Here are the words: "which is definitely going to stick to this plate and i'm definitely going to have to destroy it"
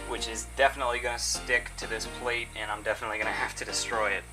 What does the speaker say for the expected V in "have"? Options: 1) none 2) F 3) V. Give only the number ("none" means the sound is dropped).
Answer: 2